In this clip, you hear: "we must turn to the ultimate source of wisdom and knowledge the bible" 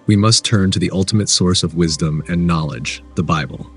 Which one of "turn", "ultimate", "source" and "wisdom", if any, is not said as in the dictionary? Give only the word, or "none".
none